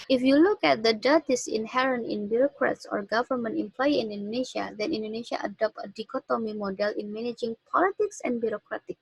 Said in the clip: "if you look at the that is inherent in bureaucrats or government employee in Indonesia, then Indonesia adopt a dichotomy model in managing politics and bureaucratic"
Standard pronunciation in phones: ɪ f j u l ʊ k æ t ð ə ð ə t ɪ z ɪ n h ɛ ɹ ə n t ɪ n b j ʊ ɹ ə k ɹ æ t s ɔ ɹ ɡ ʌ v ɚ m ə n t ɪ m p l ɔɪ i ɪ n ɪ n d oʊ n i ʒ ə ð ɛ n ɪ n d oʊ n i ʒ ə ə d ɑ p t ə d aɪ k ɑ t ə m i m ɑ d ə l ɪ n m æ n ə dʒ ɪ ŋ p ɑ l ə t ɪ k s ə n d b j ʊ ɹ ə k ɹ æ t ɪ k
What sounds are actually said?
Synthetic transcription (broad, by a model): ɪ f j u l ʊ k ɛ t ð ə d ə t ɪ s ɪ n h ɛ ɹ ə n t ɪ n b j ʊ ɹ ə k ɹ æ t s ɔ ɹ ɡ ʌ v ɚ m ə n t ɪ m p l ɔɪ i ɪ n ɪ n d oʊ n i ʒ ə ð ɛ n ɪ n d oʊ n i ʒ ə ə d ɑ p t ə d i k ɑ t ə m i m ɑ d ə l ɪ n m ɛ n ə dʒ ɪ ŋ p ɑ l ə t ɪ k s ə n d b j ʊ ɹ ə k ɹ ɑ t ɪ k